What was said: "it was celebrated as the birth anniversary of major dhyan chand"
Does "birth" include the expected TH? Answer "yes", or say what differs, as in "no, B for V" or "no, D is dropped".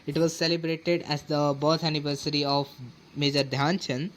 no, T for TH